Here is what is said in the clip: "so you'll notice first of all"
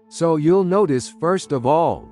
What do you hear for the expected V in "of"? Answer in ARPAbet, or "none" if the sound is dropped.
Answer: V